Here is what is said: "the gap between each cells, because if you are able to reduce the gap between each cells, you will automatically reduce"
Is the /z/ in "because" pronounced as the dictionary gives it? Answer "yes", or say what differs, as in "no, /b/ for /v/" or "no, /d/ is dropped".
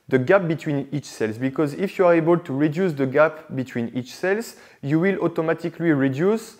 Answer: yes